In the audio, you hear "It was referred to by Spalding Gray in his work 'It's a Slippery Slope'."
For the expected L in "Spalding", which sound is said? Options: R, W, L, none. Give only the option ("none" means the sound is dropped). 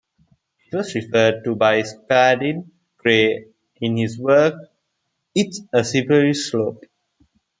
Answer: none